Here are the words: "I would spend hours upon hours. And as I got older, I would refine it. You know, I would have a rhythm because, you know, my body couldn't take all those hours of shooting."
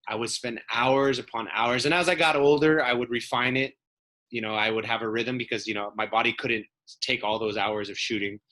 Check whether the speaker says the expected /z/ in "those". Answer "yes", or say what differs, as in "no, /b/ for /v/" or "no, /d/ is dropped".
yes